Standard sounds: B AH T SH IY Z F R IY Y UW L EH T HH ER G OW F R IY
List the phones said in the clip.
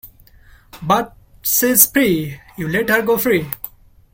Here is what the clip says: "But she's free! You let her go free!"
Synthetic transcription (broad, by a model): B AH T S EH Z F R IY Y UW L EH T HH ER G OW F R IY